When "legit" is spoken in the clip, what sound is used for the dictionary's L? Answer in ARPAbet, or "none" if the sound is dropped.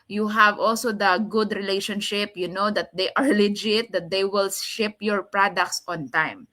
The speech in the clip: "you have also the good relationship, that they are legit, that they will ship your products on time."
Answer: L